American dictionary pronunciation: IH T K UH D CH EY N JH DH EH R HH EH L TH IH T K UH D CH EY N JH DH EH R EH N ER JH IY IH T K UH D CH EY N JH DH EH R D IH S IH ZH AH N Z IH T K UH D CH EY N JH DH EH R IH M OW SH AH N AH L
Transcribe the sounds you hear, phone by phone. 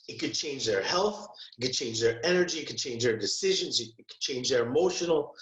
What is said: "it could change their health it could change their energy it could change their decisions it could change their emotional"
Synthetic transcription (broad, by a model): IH T K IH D CH EY N JH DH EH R HH EH L TH IH T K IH D CH EY N JH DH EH R EH N ER JH IY IH T K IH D CH EY N JH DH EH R D IH S IH ZH AH N Z IH T K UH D CH EY N JH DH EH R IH M OW SH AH N L